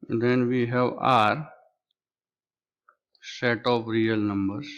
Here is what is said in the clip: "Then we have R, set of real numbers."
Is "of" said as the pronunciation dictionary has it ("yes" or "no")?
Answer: no